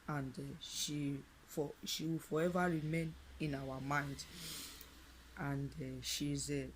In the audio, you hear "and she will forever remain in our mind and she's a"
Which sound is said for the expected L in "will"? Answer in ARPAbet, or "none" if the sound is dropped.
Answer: W